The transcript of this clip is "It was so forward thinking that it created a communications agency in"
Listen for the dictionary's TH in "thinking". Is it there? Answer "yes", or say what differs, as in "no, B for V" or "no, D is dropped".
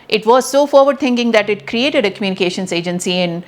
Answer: no, T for TH